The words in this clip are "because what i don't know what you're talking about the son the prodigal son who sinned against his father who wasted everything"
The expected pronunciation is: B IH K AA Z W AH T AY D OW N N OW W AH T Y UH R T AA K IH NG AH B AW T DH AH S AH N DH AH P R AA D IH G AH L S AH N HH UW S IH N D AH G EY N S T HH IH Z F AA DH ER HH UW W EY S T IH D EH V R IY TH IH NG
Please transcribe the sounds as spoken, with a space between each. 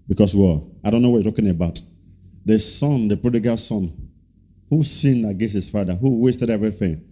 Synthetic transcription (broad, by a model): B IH K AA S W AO AY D OW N N OW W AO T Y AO T AA K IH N AH B AW T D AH S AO N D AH P R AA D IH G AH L S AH N HH UW S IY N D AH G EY S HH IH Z F AA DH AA HH UW W EY S T IH D EH V R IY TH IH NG